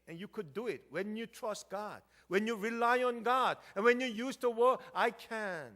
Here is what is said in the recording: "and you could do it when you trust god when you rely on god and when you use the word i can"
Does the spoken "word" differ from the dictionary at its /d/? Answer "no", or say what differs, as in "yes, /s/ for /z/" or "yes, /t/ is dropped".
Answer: yes, /d/ is dropped